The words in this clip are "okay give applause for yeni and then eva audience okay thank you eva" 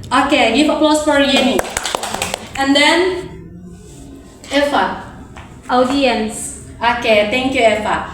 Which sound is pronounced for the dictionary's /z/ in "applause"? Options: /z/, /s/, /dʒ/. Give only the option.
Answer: /s/